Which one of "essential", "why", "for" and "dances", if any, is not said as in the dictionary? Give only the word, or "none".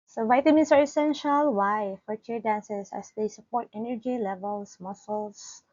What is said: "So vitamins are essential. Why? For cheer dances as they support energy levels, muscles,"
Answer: dances